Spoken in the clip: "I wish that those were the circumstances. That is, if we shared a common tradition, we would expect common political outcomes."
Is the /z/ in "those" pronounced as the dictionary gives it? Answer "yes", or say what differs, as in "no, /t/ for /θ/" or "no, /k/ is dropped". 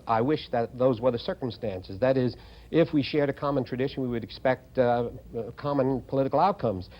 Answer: yes